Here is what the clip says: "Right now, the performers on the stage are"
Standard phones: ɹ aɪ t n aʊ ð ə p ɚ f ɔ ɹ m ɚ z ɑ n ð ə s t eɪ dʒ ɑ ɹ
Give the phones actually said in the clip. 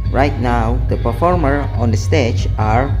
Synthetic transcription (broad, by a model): ɹ aɪ t n aʊ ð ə p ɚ f ɔ ɹ m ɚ ɑ n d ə s t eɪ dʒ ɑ ɹ